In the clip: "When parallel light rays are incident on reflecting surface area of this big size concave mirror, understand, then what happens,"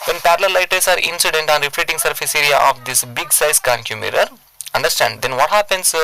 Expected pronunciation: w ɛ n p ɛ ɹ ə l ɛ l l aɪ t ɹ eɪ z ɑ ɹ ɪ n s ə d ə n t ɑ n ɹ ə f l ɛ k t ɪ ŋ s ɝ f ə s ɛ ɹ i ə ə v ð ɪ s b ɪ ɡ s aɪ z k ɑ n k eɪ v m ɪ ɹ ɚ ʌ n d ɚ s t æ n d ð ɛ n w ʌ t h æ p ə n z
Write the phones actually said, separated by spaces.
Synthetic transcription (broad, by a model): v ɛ n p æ ɹ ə l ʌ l l aɪ t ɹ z ɑ ɹ ɪ n s ə d ə n t ɑ n ɹ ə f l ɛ t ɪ ŋ s ɝ f ə s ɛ ɹ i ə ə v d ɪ s b ɪ ɡ s aɪ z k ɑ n k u m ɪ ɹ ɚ ʌ n d ɚ s t æ n d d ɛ n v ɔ t h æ p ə n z